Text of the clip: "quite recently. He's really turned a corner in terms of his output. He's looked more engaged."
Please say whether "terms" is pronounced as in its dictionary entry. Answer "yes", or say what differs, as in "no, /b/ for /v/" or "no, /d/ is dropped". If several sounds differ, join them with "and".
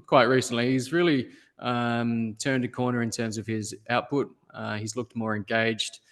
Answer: yes